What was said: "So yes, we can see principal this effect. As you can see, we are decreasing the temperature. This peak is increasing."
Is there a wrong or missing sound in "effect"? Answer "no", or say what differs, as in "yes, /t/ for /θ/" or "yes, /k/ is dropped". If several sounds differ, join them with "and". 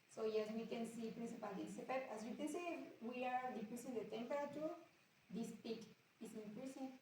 yes, /p/ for /f/